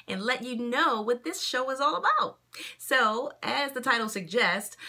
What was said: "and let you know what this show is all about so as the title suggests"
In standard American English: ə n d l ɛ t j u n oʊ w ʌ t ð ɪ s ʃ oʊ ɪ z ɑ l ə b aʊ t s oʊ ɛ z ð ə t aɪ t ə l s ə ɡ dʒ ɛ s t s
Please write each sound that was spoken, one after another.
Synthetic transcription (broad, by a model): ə n l ɛ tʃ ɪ n oʊ w ʌ t ð ɪ s ʃ oʊ ɪ z ɑ l ə b aʊ t s oʊ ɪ z ð ə t aɪ t l s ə ɡ dʒ ɛ s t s